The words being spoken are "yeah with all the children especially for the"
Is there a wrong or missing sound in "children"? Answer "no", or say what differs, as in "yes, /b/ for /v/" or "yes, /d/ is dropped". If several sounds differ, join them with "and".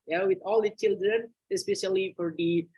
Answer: no